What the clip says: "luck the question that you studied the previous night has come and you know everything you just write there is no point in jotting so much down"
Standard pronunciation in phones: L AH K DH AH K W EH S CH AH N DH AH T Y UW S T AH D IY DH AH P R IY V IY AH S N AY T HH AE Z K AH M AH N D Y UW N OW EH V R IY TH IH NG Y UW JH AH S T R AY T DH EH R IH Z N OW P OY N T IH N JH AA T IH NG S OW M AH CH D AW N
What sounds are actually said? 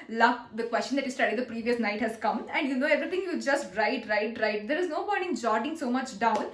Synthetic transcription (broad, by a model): L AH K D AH K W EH S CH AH N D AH T Y UW S T AH D IY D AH P R IY V IY AH S N AY T HH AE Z K AH M AH N D Y UW N OW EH V R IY T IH NG Y UW JH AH S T R AY T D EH R IH Z N OW B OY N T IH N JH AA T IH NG S OW M AH CH D AW N